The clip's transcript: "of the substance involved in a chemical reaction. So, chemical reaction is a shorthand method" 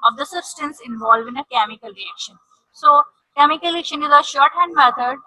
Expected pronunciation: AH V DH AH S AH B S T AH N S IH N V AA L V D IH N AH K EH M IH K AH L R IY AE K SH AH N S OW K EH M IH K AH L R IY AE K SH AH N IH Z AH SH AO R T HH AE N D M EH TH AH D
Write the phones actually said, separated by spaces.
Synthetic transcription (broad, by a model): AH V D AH S AH B S T AH N S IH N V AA L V IH N AH K EH M IH K AH L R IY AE K SH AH N S OW K EH M IH K AH L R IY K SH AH N IH Z AH SH AO R T HH AE N D M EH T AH D